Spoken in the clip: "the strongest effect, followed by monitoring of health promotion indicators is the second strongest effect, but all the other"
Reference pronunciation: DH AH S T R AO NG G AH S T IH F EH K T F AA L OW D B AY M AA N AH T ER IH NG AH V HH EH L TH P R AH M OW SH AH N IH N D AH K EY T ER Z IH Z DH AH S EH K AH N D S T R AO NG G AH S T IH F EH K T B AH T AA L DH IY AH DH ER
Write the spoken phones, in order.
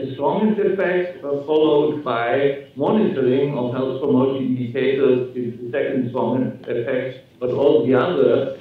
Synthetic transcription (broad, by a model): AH S T R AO NG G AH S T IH F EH K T F AA L OW D B AY M AA N AH T ER IH NG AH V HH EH L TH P R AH M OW AH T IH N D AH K EY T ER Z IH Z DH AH S EH K AH N D S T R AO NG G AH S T IH F EH K T B AH T AA L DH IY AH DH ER